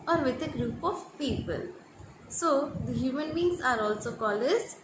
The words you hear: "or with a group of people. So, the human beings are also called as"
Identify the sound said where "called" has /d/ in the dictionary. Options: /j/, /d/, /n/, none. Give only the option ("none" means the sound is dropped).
none